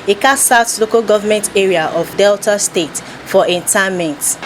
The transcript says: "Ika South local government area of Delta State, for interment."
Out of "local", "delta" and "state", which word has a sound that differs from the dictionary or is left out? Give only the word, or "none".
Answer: none